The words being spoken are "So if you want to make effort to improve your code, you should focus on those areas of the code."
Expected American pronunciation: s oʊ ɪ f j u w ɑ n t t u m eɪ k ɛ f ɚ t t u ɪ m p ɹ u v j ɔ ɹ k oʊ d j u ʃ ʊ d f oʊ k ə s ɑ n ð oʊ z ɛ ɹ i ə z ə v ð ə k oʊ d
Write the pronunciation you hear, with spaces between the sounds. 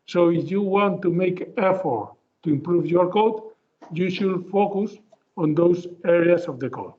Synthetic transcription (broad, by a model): s oʊ ɪ f j u w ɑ n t t u m eɪ k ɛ f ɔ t t u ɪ m p ɹ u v j ɔ ɹ k oʊ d j u ʃ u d f oʊ k ə s ɑ n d oʊ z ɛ ɹ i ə s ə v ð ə k oʊ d